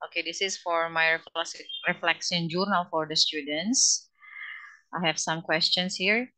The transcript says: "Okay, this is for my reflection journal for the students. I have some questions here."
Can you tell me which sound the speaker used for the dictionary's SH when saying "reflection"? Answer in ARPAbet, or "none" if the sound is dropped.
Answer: S